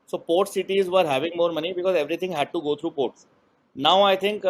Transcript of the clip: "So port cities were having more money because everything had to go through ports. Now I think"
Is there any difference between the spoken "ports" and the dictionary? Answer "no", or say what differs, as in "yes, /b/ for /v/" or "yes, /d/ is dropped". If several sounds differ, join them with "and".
no